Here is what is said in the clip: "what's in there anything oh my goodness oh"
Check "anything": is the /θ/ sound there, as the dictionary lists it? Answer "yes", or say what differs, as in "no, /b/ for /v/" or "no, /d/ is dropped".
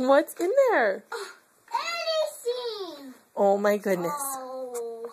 no, /s/ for /θ/